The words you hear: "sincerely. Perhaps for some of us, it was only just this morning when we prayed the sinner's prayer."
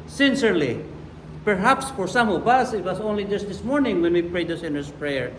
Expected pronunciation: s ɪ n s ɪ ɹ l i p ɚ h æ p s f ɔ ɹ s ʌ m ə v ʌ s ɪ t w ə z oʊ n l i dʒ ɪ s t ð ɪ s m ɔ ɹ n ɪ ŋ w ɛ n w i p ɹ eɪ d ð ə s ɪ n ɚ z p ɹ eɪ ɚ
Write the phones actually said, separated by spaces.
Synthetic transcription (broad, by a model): s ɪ n s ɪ ɹ l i p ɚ h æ p s f ɔ ɹ s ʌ m ə v ʌ s ɪ t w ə s oʊ n l i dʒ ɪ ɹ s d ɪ s m ɔ ɹ n ɪ ŋ w ɛ n w i p ɹ eɪ d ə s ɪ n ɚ s p ɹ eɪ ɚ